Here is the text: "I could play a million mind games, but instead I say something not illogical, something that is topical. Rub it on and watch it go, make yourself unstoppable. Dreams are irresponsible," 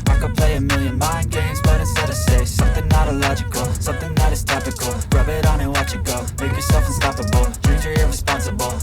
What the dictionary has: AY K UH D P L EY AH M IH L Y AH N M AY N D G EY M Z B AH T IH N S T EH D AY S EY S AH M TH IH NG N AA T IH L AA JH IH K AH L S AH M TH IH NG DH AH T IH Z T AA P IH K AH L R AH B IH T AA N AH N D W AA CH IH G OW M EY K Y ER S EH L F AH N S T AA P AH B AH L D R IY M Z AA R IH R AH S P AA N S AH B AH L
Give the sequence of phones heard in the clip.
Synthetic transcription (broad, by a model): AY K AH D P L EY AH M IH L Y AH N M AY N G EY M Z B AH T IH S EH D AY S EY S AH M TH IH NG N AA T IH L AA JH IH K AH L S AH M TH IH NG DH AH T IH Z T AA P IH K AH L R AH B IH T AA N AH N W AA CH IH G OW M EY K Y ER S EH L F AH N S T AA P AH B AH L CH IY Z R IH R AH S P AA N S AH B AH L